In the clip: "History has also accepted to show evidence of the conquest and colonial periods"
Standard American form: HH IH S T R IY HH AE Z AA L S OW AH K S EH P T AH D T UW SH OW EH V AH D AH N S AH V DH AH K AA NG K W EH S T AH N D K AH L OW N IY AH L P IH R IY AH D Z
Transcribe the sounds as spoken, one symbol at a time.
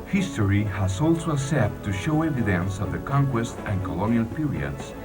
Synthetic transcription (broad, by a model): HH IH S T R IY HH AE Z AA L S OW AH S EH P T T UW SH OW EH V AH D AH N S AH V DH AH K AA NG K W EH S T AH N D K AH L OW N IY AH L P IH R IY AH D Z